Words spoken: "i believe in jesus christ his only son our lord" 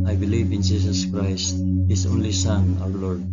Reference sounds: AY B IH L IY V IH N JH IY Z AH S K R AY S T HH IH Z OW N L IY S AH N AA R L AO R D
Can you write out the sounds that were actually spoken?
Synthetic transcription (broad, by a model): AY B IH L IY V IH N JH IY S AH S K R AY S T HH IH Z OW N L IY S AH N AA W L AO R D